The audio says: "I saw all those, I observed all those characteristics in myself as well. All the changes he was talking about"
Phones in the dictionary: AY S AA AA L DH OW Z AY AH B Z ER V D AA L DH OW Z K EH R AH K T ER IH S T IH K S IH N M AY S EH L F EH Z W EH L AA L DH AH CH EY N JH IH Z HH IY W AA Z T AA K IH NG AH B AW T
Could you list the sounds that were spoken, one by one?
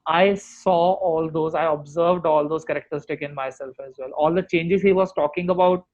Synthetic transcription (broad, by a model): AY S AA AA L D OW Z AY AH B Z ER V D AA L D OW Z K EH R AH K T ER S T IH K IH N M AY S EH L F EH Z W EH L AA L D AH CH EY N JH IH Z HH IY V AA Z T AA K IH NG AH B AW T